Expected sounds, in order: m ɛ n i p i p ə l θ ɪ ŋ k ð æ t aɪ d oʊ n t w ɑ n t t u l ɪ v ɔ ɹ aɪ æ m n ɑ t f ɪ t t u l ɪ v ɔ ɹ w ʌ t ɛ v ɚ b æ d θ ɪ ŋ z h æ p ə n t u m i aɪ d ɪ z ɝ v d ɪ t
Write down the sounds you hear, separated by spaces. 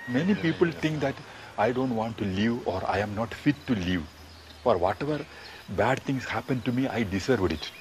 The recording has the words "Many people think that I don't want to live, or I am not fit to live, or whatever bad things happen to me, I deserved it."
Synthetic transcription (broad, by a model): m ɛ n i p i p ə l t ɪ ŋ k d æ t aɪ d oʊ n t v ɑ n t t u l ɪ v ɔ ɹ aɪ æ m n ɑ t f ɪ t t u l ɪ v ɔ ɹ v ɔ t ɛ v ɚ b æ d t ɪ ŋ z h æ p ə n t u m i aɪ d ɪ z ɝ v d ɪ t